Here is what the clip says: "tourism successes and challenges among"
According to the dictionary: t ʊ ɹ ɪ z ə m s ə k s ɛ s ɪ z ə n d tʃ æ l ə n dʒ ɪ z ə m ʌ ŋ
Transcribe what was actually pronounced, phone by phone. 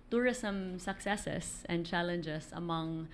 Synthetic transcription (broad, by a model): t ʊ ɹ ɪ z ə m s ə k s ɛ s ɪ s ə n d tʃ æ l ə n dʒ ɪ s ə m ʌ ŋ